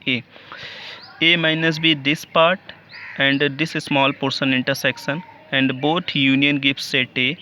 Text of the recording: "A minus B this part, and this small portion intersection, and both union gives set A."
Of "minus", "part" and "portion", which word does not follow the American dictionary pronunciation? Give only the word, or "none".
portion